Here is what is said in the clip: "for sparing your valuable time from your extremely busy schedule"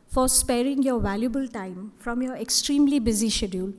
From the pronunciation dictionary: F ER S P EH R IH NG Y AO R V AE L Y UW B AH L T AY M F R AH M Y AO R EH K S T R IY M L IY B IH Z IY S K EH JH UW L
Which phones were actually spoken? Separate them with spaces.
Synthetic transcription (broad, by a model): F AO S P EH R IH NG Y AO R V AE L Y UW B AH L T AY M F R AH M Y AO R EH K S T R IY M L IY B IH Z IY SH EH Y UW L